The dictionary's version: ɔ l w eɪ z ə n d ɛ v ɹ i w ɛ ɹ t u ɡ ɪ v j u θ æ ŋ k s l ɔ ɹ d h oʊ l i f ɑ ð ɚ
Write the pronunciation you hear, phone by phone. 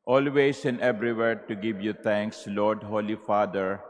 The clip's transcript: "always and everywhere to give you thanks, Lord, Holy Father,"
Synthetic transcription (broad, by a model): ɔ l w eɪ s ə n d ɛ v ɹ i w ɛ ɹ t u ɡ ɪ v j u t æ ŋ k s l ɔ ɹ d h oʊ l i f ɑ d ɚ